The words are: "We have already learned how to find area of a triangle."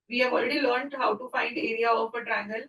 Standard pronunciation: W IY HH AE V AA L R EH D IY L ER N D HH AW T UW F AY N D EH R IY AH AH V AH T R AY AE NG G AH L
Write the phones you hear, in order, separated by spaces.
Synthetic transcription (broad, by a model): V IY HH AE V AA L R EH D IY L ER N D HH AW T UW F AY N D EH R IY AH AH P AH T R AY NG G AH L